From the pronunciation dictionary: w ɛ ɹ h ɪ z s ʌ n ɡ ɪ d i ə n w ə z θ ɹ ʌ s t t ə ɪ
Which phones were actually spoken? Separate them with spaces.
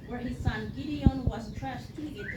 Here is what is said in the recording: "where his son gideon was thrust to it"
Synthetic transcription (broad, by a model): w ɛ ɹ h ɪ z s ʌ n ɡ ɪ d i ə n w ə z t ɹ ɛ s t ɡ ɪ